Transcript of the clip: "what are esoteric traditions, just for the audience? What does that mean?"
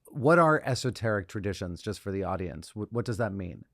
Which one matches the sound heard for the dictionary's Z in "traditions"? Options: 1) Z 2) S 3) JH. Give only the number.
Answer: 1